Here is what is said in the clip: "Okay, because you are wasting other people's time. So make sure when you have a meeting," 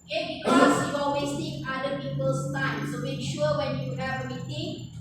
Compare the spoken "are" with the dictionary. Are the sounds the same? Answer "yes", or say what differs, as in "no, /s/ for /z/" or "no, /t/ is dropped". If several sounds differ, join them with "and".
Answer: no, /l/ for /ɹ/